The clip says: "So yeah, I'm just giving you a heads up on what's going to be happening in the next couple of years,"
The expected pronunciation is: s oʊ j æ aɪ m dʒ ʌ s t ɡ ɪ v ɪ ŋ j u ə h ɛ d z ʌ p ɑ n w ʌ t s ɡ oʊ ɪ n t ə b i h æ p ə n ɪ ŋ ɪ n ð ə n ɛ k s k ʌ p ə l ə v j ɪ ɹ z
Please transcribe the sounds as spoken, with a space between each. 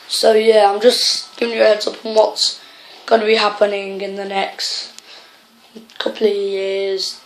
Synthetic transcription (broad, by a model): s oʊ j æ aɪ m dʒ ʌ s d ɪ ɪ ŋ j ə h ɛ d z ʌ p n w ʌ t s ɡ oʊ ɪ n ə b i h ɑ p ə n ɪ ŋ ɪ n ð ə n ɛ k s k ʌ p l ə v j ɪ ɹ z